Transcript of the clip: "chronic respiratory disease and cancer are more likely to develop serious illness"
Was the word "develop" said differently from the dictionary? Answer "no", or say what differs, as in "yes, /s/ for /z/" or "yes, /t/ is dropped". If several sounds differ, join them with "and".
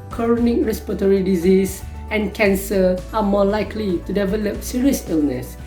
no